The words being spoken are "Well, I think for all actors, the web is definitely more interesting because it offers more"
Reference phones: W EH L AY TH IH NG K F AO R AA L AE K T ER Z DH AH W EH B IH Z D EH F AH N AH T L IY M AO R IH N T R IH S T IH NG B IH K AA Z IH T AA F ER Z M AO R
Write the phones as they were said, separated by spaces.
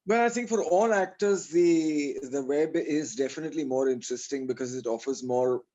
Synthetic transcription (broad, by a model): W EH L AY T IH NG K F AO R AA L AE K T ER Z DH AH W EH B IH Z D EH F AH N AH T L IY M AO R IH N T R IH S T IH NG B IH K AA Z IH T AA F ER Z M AO R